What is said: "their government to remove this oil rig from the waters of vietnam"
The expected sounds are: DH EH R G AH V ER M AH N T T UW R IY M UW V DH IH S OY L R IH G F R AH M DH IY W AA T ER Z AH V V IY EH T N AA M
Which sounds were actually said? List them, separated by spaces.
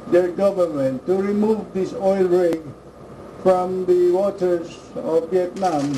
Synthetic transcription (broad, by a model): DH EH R G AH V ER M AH N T T UW R IY M UW V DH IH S OY L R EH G F R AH M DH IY W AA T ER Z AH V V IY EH T N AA M